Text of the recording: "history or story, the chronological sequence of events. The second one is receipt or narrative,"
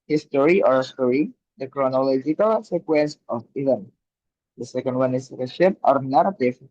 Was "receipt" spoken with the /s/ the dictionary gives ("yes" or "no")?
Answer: no